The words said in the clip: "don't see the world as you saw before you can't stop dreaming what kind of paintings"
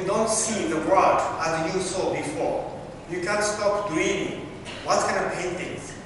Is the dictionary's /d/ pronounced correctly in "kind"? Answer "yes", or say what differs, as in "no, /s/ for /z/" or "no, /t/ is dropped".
no, /d/ is dropped